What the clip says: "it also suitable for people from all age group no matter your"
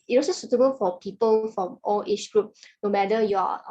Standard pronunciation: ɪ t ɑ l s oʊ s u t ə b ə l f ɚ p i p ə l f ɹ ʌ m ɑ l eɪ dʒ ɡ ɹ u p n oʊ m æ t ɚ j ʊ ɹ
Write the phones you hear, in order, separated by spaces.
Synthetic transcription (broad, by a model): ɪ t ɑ s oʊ s u t ə b ə l f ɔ p i p ə l f ɹ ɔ m ɑ l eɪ tʃ ɡ ɹ u p n oʊ m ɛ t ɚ j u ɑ